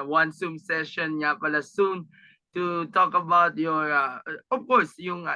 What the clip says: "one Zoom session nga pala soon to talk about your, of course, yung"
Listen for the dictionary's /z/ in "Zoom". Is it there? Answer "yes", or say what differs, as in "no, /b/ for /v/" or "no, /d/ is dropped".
no, /s/ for /z/